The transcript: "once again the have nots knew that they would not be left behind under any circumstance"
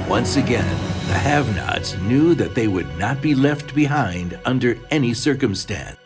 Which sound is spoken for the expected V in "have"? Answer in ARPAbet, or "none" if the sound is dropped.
V